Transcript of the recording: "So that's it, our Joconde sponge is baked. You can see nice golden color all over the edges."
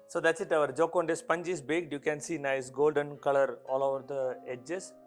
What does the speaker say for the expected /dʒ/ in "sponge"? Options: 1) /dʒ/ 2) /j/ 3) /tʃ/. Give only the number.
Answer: 1